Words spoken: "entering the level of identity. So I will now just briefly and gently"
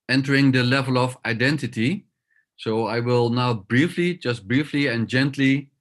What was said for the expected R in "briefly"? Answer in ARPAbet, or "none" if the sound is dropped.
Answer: R